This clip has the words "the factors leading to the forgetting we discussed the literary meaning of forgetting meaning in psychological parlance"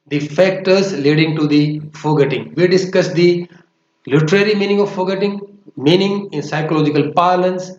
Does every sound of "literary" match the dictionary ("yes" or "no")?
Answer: yes